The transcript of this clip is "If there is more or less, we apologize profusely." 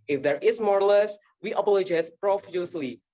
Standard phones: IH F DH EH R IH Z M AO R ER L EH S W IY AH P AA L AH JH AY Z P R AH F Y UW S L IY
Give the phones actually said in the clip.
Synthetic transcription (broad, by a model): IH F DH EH R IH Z M AO R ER L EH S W IY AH B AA L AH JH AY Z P R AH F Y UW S L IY